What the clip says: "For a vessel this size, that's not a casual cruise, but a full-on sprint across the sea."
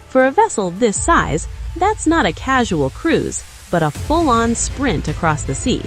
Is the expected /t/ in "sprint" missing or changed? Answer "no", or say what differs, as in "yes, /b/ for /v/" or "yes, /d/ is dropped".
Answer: no